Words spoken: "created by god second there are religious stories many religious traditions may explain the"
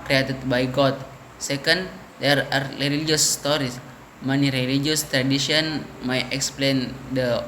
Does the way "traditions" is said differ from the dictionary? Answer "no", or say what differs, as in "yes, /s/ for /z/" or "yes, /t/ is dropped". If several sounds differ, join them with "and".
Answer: yes, /z/ is dropped